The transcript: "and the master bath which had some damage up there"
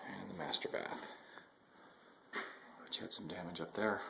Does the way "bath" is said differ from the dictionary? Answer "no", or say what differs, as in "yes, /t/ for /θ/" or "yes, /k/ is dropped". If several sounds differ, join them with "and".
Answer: no